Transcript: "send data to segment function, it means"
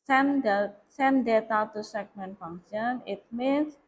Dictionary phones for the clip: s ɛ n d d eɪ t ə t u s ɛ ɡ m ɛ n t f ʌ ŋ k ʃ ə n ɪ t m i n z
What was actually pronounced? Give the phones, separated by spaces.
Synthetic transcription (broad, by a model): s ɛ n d d eɪ t ə t u s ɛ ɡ m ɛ n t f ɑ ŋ ʃ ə n ɪ t m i n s